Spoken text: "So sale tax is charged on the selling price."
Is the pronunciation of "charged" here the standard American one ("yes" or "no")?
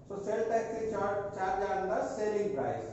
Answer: no